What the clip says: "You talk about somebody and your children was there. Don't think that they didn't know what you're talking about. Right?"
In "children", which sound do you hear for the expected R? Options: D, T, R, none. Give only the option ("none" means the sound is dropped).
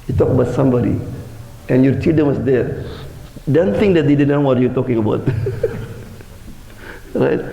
none